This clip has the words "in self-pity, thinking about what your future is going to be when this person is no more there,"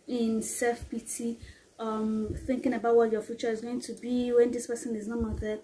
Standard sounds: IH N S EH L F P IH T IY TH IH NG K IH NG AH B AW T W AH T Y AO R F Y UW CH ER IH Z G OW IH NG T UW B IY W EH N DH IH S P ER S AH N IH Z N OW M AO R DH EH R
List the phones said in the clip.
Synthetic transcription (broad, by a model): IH N S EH F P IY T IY TH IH NG K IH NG AH B AW T W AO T Y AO F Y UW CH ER IH Z G OW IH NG T UW B IY W EH N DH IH S P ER S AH N IH Z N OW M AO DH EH